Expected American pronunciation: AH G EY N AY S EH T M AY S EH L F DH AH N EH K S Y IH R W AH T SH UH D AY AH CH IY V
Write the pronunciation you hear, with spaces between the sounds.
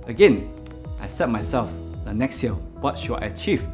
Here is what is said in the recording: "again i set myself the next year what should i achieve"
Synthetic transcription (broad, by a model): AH G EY N AY S EH T M AY S EH L F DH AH N EH K S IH L W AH T SH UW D AY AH CH IY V